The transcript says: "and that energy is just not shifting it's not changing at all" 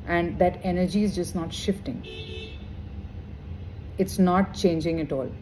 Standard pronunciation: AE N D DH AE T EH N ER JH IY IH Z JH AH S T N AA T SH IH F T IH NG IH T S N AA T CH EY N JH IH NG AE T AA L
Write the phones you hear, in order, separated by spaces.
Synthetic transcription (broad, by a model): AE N D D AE T EH N ER JH IY IH Z JH AH S T N AA T SH IH F T IH NG IH T S N AA T CH EY N JH IH NG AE T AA L